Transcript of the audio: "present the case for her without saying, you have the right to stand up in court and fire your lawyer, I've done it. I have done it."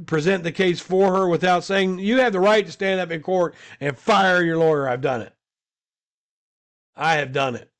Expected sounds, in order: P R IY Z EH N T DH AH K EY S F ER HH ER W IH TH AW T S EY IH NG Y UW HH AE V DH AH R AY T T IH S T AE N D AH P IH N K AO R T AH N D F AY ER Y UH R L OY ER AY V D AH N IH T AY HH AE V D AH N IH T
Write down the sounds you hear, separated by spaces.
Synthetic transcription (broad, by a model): P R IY Z EH N DH AH K EY S F ER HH ER W IH TH AW T S EY IH NG Y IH V DH AH R AY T T IH S T AE N D AH P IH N K AO R T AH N F AY ER Y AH R L OY ER AY V D AH N IH T AY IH V D AH N IH T